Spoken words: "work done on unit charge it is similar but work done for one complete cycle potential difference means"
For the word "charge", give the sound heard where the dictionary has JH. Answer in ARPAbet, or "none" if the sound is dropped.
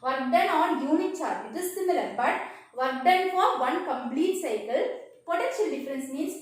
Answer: none